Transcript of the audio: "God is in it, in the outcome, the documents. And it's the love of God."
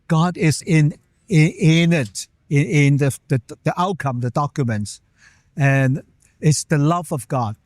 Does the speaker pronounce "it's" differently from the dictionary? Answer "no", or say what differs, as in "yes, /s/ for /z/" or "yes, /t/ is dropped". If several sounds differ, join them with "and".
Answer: no